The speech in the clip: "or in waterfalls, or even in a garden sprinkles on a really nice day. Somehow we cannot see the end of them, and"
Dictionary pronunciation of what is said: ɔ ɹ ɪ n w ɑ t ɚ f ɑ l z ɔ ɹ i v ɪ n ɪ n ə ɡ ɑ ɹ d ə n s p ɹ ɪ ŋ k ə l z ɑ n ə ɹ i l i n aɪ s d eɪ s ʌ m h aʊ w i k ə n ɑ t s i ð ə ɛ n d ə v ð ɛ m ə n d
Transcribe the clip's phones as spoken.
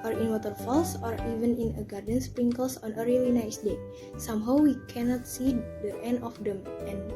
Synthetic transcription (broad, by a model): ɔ ɹ ɪ n w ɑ t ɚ f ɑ l s ɔ ɹ i v ɪ n ɪ n ə ɡ ɑ ɹ d ə n s p ɹ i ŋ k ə l s ɑ n ə ɹ i l i n aɪ s d eɪ s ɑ m h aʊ w i k ə n ɑ t s i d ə ɛ n d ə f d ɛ m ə n